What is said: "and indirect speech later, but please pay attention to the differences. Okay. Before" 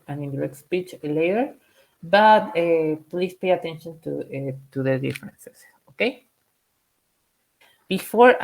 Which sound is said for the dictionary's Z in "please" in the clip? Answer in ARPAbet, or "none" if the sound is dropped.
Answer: S